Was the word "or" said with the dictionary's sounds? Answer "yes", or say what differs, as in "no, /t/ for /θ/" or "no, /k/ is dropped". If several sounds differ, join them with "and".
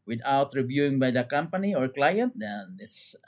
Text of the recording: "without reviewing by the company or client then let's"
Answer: yes